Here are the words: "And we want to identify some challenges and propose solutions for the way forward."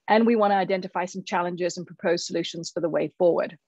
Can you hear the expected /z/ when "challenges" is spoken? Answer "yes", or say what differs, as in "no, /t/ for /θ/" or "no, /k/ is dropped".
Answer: yes